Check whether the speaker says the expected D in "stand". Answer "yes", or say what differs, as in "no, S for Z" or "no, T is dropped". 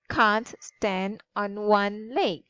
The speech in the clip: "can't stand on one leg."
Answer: yes